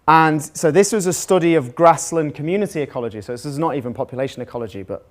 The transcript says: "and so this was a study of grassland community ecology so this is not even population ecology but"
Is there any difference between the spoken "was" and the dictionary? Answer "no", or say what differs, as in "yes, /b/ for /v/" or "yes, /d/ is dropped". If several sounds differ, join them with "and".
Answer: no